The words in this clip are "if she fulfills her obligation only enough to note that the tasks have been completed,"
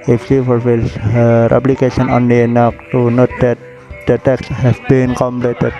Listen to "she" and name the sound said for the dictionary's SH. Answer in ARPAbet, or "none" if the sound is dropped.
S